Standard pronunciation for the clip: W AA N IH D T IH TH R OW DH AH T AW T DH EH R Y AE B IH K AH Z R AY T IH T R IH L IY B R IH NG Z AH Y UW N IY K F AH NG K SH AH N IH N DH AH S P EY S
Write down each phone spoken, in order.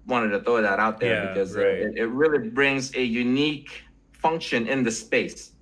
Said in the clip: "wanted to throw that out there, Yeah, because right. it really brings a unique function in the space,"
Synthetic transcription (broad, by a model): W AA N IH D T IH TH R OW DH AH T AW T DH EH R B IH K AH Z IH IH T IH T R IH L IY B R IH NG Z AH Y UW N IY K F AH NG K SH AH N IH N DH AH S P EY S